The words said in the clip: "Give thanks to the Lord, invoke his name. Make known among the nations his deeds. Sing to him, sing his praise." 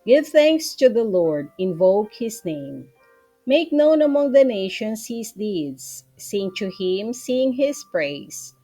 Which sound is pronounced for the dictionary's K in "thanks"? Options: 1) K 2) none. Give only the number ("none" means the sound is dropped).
1